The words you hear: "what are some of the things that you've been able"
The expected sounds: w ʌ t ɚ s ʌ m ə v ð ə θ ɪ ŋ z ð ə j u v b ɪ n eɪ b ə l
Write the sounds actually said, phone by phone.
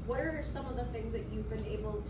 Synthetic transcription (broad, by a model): w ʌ t ɚ s ʌ m ə v ð ə θ ɪ ŋ z ð ə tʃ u v b ɪ n eɪ b l